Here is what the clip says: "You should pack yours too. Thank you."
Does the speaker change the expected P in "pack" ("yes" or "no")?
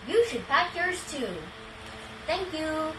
no